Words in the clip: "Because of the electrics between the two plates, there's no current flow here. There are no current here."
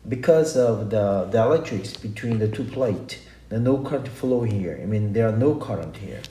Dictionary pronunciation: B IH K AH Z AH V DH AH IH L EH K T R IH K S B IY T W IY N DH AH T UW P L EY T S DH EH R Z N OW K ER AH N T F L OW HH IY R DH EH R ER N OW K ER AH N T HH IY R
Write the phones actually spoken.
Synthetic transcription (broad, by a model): B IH K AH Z AH V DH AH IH L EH T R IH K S B IY T W IY N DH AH T UW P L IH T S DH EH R N OW K ER AH N T F L OW HH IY R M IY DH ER N OW K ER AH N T HH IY R